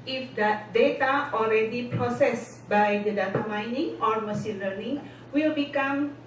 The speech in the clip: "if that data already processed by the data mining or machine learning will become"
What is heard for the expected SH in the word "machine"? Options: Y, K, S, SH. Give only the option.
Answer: S